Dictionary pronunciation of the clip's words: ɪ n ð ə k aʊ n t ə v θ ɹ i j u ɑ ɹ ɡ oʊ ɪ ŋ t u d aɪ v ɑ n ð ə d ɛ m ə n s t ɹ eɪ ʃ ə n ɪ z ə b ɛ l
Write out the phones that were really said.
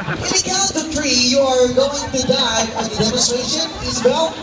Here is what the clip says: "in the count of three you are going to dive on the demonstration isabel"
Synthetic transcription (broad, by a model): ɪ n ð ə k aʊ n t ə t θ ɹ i j u ɑ ɹ ɡ oʊ ɪ ŋ t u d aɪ ɑ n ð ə d ɛ m ə n s t ɹ eɪ ʃ ə n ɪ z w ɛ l